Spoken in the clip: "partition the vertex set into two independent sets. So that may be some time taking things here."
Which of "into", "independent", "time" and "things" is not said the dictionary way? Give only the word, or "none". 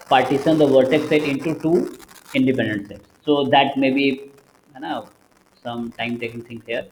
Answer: things